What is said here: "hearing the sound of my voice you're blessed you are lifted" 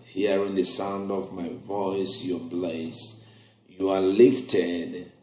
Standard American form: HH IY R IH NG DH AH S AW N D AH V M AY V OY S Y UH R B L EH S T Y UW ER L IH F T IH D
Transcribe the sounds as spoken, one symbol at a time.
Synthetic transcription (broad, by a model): HH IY R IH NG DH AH S AW N D AH V M AY V OY S Y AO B L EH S Y UW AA L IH F T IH D